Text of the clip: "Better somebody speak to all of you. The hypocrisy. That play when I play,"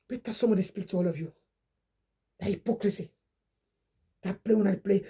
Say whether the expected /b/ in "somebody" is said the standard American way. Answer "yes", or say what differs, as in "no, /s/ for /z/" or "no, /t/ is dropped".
no, /b/ is dropped